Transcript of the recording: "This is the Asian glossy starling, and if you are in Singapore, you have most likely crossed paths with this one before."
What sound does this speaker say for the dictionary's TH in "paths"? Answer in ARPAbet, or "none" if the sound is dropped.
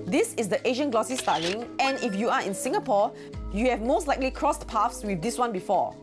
F